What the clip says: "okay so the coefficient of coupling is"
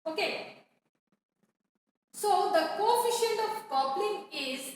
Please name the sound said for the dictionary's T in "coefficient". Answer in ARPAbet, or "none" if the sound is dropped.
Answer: none